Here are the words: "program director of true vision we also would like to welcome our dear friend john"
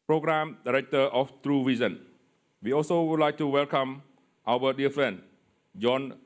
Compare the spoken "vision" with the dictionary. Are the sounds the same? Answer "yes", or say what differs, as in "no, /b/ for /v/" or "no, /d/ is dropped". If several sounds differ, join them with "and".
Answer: no, /s/ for /ʒ/